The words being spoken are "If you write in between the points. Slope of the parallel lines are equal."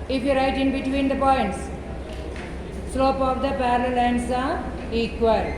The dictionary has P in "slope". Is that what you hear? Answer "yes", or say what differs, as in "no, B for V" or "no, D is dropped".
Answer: yes